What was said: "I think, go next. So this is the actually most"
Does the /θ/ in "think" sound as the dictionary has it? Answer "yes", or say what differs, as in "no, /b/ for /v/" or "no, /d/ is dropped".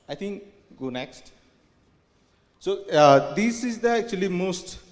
no, /t/ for /θ/